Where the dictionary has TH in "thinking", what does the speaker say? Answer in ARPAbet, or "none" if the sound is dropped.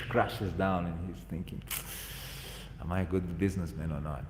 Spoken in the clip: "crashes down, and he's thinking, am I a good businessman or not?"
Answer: TH